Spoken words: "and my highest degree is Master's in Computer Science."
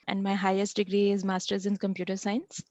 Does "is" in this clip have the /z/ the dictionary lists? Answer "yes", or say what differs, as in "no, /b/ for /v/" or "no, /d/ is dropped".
yes